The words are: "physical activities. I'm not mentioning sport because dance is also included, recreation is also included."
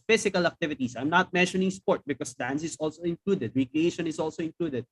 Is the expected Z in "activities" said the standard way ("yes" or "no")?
no